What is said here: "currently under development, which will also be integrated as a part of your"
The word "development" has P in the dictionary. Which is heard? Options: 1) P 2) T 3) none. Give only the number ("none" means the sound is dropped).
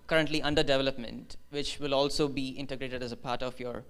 1